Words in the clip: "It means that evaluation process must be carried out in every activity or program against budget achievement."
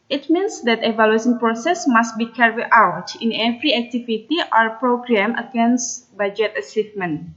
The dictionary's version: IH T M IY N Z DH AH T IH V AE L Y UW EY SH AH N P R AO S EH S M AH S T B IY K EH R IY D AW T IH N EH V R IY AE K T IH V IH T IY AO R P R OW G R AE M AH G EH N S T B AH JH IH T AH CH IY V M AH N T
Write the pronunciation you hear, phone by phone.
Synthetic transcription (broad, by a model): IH T M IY N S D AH T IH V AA L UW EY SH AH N P R AO S EH S M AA S T B IY K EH R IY AW T IH N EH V R IY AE K T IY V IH T IY AO R P R OW G R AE M AH G EH N S T B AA JH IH T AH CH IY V M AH N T